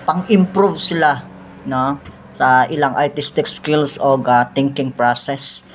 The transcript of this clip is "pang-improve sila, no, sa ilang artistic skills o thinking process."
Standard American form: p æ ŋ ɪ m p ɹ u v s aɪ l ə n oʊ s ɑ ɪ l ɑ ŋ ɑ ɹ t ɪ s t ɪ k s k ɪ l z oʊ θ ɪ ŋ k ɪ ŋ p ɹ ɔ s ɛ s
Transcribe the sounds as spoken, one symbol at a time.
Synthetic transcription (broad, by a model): p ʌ ŋ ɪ m p ɹ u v s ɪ l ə n oʊ s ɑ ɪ l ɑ ŋ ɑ ɹ t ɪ s t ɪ k s k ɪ l s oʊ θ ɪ ŋ k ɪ ŋ p ɹ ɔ s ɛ s